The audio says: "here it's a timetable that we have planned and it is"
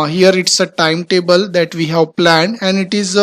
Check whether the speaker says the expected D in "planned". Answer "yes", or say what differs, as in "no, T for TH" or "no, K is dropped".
no, D is dropped